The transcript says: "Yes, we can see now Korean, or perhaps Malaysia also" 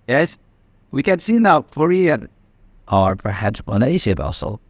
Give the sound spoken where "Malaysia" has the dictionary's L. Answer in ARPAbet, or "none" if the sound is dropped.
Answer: N